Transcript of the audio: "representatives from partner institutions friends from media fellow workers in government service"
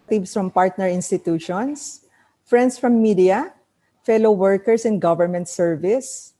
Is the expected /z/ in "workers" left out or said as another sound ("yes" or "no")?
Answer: yes